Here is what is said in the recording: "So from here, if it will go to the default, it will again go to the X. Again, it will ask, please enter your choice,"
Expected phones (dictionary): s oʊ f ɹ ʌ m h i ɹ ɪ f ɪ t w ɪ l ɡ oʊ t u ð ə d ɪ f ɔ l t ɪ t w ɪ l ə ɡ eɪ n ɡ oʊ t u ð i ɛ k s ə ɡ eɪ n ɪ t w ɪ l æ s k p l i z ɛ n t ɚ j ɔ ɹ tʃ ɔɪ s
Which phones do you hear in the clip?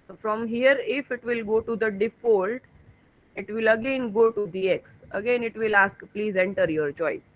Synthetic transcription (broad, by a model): f ɹ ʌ m h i ɹ ɪ f ɪ t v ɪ l ɡ oʊ t u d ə d ɪ f ɔ l t ɪ t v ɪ l ə ɡ eɪ n ɡ oʊ t u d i ɛ k s ə ɡ eɪ n ɪ t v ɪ l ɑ s k p l i z ɛ n t ɚ j ɔ ɹ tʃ ɔɪ s